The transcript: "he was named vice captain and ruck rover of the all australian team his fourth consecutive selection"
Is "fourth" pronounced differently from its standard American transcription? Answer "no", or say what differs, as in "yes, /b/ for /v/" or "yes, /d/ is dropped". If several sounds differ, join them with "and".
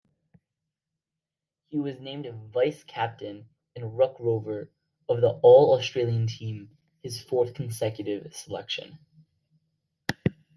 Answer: no